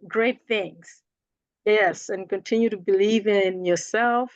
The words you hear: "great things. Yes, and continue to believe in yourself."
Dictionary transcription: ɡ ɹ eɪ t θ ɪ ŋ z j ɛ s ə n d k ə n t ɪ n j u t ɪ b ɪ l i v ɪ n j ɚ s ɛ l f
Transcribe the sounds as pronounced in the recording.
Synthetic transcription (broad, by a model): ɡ ɹ eɪ t θ ɪ ŋ z j ɛ s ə n k ə n t ɪ n j u t ɪ b ɪ l i v ɪ n j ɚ s ɛ l f